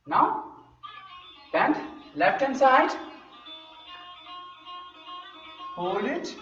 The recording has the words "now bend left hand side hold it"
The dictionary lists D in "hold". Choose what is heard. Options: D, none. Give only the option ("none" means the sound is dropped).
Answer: none